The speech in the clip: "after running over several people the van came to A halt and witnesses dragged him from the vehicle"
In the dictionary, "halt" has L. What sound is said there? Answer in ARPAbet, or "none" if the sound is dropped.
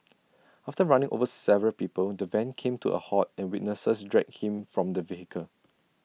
none